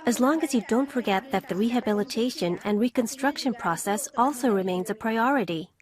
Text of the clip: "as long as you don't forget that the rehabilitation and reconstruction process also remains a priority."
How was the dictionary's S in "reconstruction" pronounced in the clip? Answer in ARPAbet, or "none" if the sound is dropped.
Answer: S